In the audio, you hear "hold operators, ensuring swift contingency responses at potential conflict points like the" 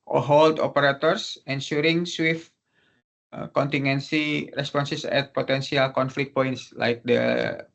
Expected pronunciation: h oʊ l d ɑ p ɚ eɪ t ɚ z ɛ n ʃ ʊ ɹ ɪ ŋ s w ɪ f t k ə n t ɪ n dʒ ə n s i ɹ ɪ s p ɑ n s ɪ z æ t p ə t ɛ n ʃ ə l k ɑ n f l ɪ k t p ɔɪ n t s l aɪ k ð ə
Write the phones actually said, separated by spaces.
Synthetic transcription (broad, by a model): h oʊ l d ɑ p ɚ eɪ t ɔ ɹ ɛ n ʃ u ɹ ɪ ŋ s w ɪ f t k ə n t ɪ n ə n s i ɹ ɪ s p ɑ n s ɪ s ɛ t p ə t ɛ n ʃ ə l k ɑ n f l ɪ k t p ɔɪ n t s l aɪ k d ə